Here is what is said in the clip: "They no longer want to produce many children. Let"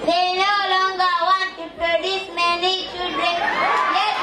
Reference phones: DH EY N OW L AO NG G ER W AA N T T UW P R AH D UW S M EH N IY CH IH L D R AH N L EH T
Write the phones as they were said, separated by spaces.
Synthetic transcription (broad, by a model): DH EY N OW L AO NG G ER W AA N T T UW P R AH D UW S M EH N IY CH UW D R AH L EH